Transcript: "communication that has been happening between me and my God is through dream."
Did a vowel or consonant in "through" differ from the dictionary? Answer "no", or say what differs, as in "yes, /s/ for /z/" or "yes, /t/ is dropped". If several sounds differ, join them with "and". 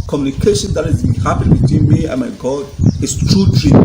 yes, /t/ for /θ/